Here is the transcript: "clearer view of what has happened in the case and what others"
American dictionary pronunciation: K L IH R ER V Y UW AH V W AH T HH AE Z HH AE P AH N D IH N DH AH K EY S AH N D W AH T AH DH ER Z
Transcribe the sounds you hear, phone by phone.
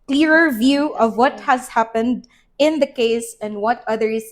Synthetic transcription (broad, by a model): K L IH R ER V Y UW AH V W AH T HH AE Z HH AE P AH N D IH N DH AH K EY S AH N D W AH T AH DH ER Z